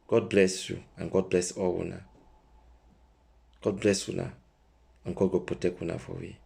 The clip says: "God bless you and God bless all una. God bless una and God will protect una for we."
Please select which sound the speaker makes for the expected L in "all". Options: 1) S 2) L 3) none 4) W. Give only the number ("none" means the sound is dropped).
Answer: 4